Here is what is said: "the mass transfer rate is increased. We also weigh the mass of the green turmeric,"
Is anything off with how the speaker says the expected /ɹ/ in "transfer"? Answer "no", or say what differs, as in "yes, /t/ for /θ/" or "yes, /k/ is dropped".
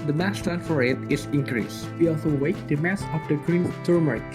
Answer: yes, /ɹ/ is dropped